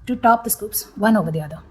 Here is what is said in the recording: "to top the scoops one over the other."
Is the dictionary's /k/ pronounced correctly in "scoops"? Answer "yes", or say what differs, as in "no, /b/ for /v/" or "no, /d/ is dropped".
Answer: yes